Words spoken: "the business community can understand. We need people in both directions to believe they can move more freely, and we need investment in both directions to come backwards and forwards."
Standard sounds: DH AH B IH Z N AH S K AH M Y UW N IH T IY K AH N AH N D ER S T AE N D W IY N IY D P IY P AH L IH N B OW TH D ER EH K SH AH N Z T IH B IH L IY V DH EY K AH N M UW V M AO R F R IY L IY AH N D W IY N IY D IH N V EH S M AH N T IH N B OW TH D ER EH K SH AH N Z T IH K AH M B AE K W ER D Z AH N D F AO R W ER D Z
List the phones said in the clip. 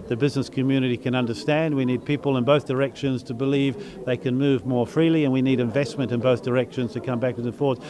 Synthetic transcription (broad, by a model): DH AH B IH Z N AH S K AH M Y UW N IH T IY K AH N AH N D ER S T AE N D W IY N IY D P IY P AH L IH N B OW TH D ER EH K SH AH N Z T IH B IH L IY V DH EY K AH N M UW V M AO R F R IY L IY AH N W IY N IY D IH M V EH S M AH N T IH N B OW TH D ER EH K SH AH N Z T IH K AH M B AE K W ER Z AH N F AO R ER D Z